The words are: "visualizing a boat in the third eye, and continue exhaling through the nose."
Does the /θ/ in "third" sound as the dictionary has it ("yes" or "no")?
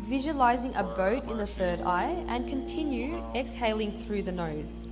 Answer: yes